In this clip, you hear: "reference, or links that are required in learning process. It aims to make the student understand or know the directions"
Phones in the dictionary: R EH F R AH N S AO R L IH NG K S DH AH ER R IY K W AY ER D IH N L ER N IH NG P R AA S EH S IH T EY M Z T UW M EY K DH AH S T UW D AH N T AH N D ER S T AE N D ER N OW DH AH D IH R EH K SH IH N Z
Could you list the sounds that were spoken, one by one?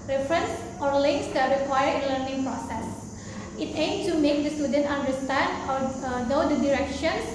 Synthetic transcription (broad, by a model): R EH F R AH N S AO R L IH NG K S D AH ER R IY K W AY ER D IH N L ER N IH NG P R AA S EH S IH T EY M T UW M EY K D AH S T UW D AH N T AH N D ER S T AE N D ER N OW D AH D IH R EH K SH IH N